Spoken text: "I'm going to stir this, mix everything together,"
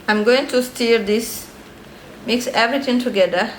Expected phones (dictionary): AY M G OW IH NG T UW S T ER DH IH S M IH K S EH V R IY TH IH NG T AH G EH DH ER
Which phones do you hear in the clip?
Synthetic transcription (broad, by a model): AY M G OW IH NG T UW S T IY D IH S M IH K S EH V R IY T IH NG T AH G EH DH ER